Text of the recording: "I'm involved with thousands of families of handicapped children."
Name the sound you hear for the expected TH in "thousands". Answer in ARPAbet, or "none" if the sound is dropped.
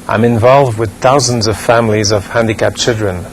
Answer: TH